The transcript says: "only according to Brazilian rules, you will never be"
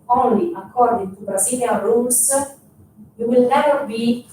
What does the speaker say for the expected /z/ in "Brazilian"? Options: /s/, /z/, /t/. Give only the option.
/s/